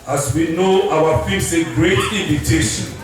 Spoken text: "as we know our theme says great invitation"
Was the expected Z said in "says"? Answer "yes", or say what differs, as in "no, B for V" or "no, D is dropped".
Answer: no, Z is dropped